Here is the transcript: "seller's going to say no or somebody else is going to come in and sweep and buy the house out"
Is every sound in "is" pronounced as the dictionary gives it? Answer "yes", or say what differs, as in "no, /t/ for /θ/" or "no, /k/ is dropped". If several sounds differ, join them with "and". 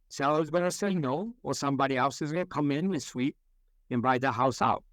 yes